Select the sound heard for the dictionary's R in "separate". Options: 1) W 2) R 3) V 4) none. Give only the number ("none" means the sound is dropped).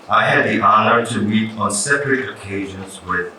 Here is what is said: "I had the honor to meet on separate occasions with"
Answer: 2